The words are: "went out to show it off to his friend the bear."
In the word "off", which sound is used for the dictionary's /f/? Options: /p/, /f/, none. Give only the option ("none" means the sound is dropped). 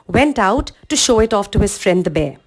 /f/